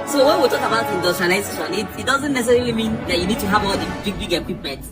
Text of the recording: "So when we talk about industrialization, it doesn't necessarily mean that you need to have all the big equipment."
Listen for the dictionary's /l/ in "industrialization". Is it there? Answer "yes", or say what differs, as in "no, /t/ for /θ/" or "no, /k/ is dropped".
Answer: no, /l/ is dropped